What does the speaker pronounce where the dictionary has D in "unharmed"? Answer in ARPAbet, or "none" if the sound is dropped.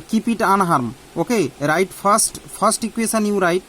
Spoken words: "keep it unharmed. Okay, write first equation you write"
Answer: none